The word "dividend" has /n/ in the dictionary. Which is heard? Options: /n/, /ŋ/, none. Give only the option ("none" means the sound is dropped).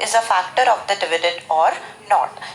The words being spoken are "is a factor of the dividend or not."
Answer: none